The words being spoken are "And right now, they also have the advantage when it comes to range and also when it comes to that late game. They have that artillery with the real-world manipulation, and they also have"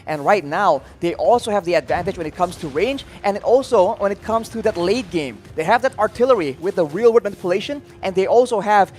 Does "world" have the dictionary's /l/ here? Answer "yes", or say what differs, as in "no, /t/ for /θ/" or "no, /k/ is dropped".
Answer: no, /l/ is dropped